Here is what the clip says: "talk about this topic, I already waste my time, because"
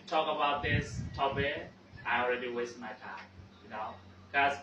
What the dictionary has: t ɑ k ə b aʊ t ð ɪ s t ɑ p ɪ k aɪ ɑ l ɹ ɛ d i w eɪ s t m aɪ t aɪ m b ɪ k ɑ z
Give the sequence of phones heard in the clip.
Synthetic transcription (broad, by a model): t ɑ k ə b aʊ t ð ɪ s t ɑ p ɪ aɪ ɑ l ɹ ɛ d i w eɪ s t m aɪ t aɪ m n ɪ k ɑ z